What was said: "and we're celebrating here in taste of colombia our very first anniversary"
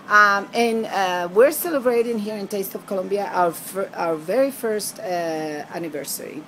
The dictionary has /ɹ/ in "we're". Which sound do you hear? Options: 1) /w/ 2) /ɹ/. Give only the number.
2